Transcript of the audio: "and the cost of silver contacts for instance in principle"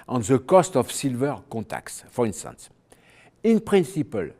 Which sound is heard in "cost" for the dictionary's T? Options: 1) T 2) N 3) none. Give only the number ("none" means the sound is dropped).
1